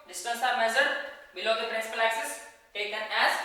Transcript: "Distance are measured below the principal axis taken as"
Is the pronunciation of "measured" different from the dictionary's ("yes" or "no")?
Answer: yes